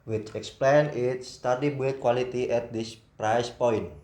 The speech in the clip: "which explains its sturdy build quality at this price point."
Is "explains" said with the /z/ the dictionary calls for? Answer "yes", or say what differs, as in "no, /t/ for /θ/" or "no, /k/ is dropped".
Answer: no, /z/ is dropped